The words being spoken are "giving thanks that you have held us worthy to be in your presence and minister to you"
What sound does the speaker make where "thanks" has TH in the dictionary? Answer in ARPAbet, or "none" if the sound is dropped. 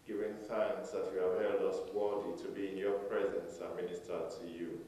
TH